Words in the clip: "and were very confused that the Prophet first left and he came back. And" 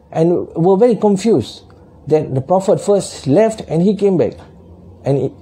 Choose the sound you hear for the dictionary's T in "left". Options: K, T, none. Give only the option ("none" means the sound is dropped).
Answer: T